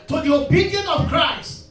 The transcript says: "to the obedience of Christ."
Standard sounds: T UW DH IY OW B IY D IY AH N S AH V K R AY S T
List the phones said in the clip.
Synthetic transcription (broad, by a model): T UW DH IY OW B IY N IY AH N AH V K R AY S T